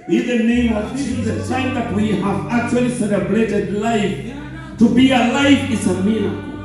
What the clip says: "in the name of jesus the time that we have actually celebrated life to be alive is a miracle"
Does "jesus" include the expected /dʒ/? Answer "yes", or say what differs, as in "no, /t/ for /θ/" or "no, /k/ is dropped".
no, /tʃ/ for /dʒ/